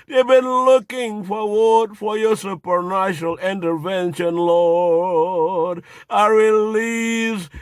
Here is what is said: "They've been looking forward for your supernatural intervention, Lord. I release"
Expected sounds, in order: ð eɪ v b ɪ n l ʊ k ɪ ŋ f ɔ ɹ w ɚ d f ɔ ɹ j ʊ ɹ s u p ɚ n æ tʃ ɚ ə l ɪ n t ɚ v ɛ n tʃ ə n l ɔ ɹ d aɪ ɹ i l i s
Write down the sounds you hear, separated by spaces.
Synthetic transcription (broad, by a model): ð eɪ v b ɪ n l ʊ k ɪ ŋ f ɔ ɹ w ɚ d f ɔ ɹ j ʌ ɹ s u p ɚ n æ ʃ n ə l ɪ n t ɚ v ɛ n ʃ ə n l ɔ ɹ d aɪ ɹ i l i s